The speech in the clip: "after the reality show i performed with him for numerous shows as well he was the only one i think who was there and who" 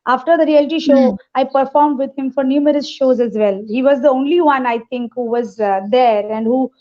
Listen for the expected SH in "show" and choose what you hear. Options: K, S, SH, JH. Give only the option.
SH